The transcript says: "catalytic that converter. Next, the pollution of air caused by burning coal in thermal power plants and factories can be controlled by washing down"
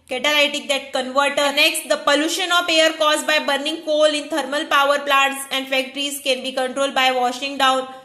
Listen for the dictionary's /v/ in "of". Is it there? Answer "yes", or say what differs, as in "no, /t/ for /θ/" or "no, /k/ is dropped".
no, /p/ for /v/